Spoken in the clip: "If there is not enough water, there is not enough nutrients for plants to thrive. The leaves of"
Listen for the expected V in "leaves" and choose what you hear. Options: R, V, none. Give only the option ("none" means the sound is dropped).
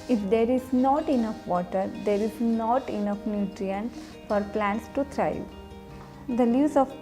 none